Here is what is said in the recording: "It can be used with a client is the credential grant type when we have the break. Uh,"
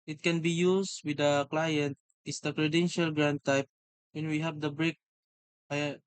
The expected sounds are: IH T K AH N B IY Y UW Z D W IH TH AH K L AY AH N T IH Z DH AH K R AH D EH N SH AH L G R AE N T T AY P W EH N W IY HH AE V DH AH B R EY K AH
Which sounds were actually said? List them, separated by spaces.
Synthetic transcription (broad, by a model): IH T K AH N B IY Y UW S W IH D AH K L AY AH N T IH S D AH K R AH D EH N SH AH L G R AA N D T AY P W EH N W IY HH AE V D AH B R EY K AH